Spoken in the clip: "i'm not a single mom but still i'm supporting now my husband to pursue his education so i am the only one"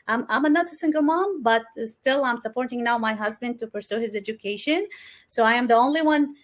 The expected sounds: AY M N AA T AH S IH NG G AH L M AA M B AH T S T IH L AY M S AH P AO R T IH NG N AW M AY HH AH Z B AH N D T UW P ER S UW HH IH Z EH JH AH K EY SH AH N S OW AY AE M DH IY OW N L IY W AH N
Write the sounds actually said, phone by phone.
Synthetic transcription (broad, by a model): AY M N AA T AH S IH NG G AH L M AA M B AH T S T IH L AY M S AH P AO R T IH NG N AW M AY HH AH Z B AH N D T UW P ER S UW HH IH Z EH JH AH K EY SH AH N S OW AY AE M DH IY OW N L IY W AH N